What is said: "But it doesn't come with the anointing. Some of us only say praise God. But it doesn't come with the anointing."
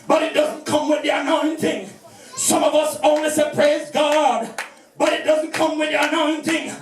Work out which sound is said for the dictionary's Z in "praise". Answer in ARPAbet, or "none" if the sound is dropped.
Z